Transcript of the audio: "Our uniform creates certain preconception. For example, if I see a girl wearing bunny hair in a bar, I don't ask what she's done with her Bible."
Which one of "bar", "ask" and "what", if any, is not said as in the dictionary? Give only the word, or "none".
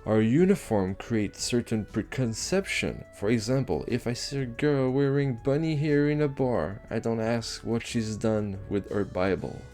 none